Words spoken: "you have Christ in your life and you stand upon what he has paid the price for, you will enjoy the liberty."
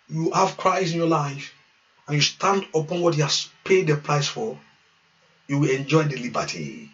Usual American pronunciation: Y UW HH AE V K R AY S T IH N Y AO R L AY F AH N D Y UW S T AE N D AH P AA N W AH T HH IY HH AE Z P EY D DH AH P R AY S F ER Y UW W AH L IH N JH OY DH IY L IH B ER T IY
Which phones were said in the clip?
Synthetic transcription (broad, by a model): Y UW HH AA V K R AY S IH N Y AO L AY F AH N Y UW S T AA N D AH P AA N W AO T HH IY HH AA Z P EY D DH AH P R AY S F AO Y UW W AH L IH N JH OY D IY L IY B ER T IY